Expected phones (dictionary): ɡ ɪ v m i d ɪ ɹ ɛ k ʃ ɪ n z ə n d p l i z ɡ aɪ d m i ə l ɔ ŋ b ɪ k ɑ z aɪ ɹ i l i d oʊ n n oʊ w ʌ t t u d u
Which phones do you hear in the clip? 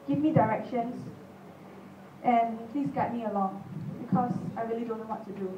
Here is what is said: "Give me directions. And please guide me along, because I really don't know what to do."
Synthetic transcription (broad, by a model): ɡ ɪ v m i d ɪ ɹ ɛ k ʃ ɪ n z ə n p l i s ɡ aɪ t m i ə l ɔ ŋ b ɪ k ɑ s aɪ ɹ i l i d oʊ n n oʊ w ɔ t t u d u